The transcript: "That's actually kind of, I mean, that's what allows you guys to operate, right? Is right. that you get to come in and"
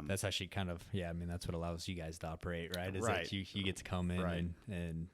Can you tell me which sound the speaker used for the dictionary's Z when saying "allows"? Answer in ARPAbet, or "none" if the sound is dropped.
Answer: Z